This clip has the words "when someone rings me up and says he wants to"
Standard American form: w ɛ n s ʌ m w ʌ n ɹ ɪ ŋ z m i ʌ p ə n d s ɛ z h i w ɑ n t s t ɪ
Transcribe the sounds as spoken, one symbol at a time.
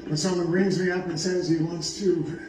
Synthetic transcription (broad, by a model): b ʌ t s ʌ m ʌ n ɹ ɪ ŋ z m i ʌ p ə n s ɛ z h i w ɑ n t s t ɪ